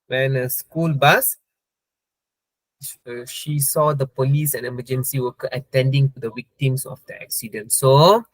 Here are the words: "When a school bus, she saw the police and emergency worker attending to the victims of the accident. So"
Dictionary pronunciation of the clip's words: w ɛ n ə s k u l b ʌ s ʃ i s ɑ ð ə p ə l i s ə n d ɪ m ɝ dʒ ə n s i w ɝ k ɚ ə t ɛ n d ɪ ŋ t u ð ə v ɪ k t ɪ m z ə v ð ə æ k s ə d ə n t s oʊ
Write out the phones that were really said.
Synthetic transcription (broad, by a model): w ɛ n ə s k u l b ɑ s ʃ i s ɑ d ə p ə l i s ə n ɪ m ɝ dʒ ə n s i w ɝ k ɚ ə t ɛ n d ɪ ŋ t u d ə w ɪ k t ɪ m s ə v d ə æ k s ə d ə n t s oʊ